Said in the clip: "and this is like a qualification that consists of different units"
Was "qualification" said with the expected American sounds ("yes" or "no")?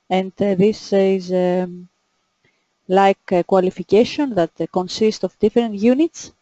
yes